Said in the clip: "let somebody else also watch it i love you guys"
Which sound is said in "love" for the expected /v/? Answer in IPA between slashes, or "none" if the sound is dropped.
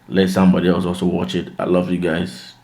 /v/